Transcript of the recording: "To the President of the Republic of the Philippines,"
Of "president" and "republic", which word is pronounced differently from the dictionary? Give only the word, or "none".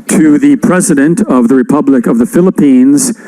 none